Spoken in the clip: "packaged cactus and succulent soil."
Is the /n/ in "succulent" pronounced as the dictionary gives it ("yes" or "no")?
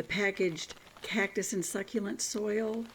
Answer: yes